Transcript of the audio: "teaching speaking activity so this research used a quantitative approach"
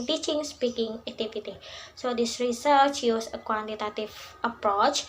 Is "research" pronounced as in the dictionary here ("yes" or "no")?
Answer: yes